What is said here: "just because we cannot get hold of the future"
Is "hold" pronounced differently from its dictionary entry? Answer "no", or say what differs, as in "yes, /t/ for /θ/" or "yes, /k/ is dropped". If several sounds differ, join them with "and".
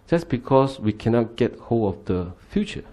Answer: yes, /d/ is dropped